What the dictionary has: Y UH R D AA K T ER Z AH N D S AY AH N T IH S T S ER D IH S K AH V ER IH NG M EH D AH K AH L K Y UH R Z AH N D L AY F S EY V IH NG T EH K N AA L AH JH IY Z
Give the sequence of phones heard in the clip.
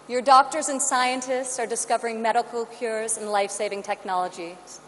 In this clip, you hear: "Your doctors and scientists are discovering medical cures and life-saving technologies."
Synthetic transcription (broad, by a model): Y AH R D AA K T ER Z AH N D S AY AH N T IH S T S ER D IH S K AH V ER IH NG M EH D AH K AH L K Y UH R Z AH N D L AY F S EY V IH NG T EH K N AA L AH JH IY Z